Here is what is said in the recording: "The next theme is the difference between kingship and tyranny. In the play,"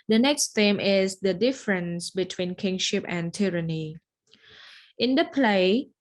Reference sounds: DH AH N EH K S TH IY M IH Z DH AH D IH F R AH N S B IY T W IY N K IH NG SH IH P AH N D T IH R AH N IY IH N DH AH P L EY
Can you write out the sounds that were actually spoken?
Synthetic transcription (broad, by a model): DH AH N EH K S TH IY M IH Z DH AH D IH F R AH N S B IY T W IY N K IH NG SH IH P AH N T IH R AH N IY IH N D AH P L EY